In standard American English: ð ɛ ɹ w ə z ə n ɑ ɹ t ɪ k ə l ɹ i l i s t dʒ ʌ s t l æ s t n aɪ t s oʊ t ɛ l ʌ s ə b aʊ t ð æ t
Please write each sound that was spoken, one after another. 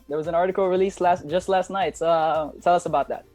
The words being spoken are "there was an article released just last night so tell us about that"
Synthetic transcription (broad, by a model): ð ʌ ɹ w ə z ə n ɑ ɹ t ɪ k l ɹ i l i s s dʒ ʌ s t l æ s t n aɪ t s oʊ t ɛ l ʌ s ə b aʊ t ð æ t